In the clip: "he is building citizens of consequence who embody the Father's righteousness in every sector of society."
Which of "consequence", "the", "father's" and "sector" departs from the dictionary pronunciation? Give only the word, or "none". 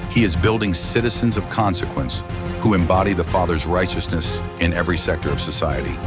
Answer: none